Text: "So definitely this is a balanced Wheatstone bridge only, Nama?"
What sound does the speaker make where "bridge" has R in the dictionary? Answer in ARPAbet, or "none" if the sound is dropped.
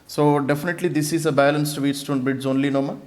none